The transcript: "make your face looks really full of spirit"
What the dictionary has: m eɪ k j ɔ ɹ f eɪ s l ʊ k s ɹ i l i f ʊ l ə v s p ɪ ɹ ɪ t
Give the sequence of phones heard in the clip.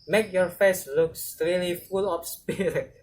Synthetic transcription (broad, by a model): m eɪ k j ɔ ɹ f eɪ s l ʊ k s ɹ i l i f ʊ l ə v s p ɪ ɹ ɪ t